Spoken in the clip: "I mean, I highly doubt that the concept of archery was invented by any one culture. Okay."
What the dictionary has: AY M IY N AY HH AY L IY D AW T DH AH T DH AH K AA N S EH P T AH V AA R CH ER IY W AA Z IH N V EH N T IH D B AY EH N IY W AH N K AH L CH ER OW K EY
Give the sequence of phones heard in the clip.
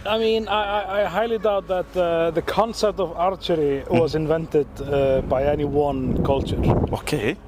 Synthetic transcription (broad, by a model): AY M IY N AY HH AY L IY D AW T DH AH T DH AH K AA N S EH P T AH V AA R CH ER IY W AA Z IH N V EH N T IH D B AY EH N IY W AH N K AH L CH ER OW K EY